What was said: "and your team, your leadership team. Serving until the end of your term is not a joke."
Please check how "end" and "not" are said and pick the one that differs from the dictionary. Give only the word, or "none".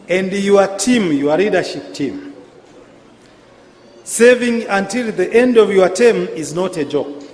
none